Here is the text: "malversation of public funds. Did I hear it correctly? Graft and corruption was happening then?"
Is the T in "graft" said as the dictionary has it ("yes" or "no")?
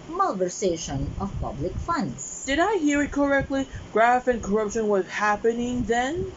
no